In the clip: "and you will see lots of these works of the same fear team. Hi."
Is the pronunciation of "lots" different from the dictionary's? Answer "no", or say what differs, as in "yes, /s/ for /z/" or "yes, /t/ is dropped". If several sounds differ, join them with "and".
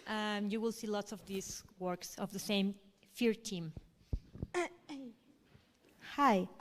no